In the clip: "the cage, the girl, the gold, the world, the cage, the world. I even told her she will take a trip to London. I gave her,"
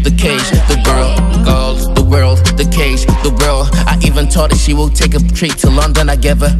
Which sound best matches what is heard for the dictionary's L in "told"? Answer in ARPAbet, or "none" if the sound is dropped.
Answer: none